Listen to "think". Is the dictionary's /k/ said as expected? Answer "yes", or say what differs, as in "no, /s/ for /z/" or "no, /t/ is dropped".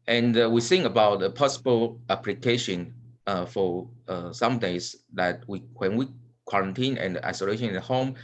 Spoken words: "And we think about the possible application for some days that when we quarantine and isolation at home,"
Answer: no, /k/ is dropped